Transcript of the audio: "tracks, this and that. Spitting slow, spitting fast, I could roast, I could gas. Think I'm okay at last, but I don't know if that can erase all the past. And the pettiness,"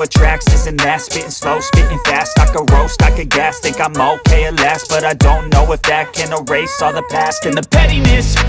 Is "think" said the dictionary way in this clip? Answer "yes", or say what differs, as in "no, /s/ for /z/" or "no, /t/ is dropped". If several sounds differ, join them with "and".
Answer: no, /t/ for /θ/ and /ŋ/ is dropped